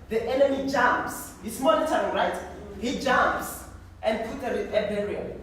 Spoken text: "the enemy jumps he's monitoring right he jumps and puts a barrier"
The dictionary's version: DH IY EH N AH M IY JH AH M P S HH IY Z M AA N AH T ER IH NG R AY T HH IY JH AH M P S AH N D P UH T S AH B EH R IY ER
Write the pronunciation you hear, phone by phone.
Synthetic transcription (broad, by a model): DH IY EH N AH M IY JH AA M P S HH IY S M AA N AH T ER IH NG R AY T HH IY JH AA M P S AH N D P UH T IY AH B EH R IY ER